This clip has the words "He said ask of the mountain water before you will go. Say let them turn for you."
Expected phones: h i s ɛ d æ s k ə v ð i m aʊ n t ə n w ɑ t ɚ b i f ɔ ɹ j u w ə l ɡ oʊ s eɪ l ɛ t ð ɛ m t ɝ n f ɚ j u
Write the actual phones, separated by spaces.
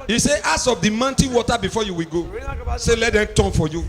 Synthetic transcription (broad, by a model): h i s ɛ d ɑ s ə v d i m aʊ n t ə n w ɑ t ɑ b i f ɔ j u w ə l ɡ oʊ s eɪ l ɛ t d ɛ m t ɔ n f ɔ j u